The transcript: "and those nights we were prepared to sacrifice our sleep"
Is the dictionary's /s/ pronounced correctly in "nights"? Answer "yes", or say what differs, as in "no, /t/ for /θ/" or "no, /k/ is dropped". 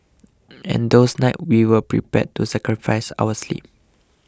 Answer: no, /s/ is dropped